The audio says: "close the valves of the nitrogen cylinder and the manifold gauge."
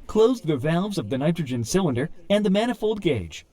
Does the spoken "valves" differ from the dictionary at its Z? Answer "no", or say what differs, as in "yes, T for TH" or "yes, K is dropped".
no